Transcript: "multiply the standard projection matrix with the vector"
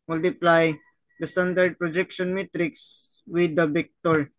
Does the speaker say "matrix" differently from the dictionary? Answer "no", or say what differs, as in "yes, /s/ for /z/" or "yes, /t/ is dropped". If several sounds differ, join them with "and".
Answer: no